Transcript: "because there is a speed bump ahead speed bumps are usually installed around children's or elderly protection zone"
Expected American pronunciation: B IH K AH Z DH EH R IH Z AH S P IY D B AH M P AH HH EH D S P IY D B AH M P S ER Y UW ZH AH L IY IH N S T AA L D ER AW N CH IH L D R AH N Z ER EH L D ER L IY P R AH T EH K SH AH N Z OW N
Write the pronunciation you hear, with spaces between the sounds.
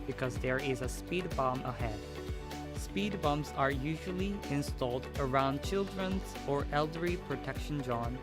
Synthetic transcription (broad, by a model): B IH K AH Z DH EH R IH Z AH S P IY D B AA M AH HH EH D S P IY D B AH M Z ER Y UW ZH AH L IY IH N S T AA L D ER AW N CH IH L D R AH N Z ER EH L D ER IY P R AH T EH K SH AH N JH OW N